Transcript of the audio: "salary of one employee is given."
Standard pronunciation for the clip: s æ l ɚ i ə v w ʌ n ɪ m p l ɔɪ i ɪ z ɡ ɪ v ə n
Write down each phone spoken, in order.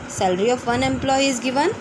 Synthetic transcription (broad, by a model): s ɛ l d i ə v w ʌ n ɪ m p l ɔɪ i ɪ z ɡ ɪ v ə n